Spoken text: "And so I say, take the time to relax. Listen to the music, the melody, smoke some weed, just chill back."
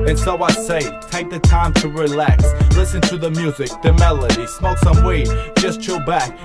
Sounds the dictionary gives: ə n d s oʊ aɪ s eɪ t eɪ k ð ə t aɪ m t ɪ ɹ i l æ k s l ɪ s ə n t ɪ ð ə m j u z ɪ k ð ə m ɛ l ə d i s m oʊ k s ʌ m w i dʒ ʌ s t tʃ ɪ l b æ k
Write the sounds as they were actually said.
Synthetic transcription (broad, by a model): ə n s oʊ aɪ s eɪ t eɪ k ð ə t aɪ m t ɪ ɹ i l æ k s l ɪ s ə n t ɪ ð ə m j u z ɪ k ð ə m ɛ l ə d i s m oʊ s ʌ m w i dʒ ʌ s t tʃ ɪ b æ k